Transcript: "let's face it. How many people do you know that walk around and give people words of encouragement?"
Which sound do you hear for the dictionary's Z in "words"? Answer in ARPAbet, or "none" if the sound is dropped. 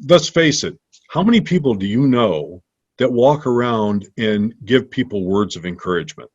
Z